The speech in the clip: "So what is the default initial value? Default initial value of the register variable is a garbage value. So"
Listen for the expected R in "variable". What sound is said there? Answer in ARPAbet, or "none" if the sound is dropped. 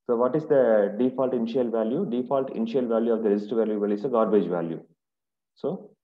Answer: L